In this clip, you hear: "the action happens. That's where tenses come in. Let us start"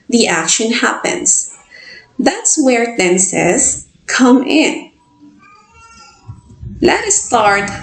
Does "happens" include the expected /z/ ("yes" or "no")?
no